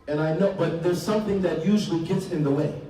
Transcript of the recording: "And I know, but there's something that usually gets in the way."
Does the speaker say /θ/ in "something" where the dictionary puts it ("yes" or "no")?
yes